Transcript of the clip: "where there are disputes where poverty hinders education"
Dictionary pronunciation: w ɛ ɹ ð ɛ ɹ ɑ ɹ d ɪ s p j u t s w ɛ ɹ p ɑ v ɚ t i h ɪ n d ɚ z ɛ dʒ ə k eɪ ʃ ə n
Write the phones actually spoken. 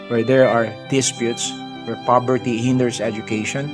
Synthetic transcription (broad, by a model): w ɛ ɹ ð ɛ ɹ ɑ ɹ d ɪ s p j u t s w ɛ ɹ p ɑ b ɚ t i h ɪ n d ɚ s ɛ dʒ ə k eɪ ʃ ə n